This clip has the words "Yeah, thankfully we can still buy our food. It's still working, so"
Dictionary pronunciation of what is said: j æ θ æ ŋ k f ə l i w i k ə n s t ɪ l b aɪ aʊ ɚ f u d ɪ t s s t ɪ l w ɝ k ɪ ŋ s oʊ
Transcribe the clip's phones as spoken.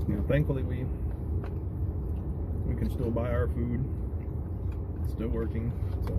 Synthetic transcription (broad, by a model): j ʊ θ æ ŋ k f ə w i w i k ə n s t ɪ l b aɪ aʊ ɚ f u d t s s t ɪ l w ɝ k ɪ ŋ s oʊ